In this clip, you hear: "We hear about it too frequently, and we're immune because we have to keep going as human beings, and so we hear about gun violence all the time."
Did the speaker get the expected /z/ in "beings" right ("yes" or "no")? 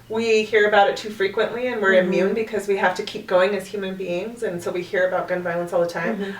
yes